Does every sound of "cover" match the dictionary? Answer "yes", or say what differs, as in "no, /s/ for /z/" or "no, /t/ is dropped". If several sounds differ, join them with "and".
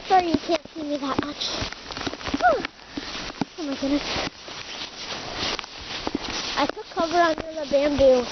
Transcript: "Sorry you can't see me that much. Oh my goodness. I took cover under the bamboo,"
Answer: yes